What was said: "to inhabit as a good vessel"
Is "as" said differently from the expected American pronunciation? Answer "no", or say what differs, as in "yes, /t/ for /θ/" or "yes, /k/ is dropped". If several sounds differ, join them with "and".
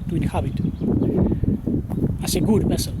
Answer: yes, /s/ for /z/